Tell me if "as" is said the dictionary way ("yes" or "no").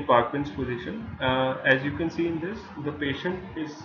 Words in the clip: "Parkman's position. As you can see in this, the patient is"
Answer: yes